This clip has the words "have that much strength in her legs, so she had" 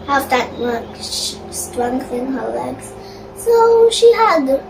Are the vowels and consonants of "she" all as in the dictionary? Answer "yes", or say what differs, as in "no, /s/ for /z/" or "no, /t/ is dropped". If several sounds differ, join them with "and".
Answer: yes